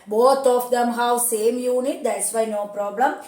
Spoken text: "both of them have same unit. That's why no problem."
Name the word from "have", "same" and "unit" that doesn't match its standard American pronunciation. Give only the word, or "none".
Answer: have